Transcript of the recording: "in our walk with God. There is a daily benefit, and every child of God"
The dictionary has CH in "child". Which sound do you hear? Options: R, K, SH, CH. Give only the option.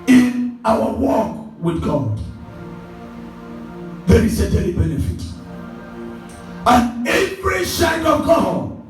SH